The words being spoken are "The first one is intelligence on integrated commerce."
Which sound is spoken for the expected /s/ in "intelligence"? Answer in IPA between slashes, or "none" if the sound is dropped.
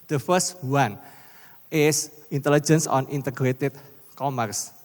/s/